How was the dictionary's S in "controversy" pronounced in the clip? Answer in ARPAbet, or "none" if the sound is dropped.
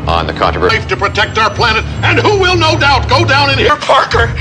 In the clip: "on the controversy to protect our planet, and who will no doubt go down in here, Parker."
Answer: none